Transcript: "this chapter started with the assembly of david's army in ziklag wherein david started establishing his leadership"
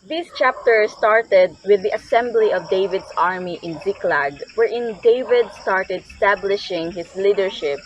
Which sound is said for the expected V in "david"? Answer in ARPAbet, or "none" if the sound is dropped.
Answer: V